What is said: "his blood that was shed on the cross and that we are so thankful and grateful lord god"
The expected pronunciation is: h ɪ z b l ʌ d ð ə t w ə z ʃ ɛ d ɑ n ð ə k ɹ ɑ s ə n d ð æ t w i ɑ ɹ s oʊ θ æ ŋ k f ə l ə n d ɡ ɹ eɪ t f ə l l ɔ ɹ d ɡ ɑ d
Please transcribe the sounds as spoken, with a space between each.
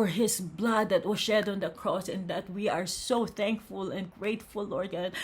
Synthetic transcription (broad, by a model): h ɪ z b l ʌ d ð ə t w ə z ʃ ɛ d ɑ n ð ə k ɹ ɑ s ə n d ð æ t w i ɑ ɹ s oʊ θ æ ŋ k f ə l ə n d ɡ ɹ eɪ t f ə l l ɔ ɹ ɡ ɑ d